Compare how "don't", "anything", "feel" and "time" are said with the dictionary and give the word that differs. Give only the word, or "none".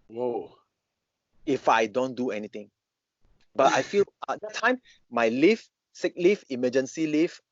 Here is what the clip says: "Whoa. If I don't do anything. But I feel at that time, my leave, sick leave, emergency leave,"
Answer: anything